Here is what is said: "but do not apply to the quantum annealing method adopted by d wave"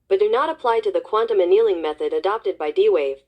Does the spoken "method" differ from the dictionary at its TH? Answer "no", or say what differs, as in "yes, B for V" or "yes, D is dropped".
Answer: no